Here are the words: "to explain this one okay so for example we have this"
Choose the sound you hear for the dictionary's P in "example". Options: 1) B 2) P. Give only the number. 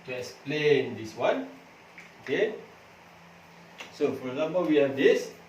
1